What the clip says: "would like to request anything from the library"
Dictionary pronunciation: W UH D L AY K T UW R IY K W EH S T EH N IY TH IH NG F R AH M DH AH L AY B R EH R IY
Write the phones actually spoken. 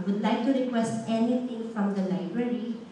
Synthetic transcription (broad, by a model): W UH D L AY K T UW R IY K W EH S T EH N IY T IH NG F R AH M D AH L AY B R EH R IY